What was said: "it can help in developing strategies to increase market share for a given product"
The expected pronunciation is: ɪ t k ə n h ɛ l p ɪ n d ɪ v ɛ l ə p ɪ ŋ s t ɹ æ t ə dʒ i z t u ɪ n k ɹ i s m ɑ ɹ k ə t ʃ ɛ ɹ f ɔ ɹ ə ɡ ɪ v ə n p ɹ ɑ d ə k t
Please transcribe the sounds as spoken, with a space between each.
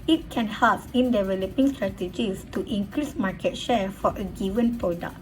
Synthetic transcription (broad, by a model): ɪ t k ə n h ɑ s ɪ n d ɪ v ɛ l ə p ɪ ŋ s t ɹ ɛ t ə dʒ i s t u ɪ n k ɹ i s m ɑ k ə t ʃ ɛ f ɔ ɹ ə ɡ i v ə n p ɹ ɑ d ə k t